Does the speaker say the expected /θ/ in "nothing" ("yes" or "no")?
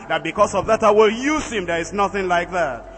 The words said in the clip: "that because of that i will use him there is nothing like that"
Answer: yes